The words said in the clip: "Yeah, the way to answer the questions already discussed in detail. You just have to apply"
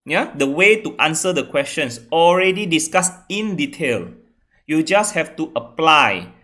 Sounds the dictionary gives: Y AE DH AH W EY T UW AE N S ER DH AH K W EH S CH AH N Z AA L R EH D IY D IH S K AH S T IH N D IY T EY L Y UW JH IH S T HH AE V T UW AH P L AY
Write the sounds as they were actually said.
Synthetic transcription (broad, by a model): Y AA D AH W EY T UW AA N S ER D AH K W EH S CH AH N S AA L R EH D IY D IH S K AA S IH N D IY T EY L Y UW JH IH S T HH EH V T UW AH P L AY